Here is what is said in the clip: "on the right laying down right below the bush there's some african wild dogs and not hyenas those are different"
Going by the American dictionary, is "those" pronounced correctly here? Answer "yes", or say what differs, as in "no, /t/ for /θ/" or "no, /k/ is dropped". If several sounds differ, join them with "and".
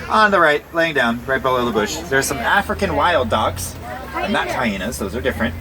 yes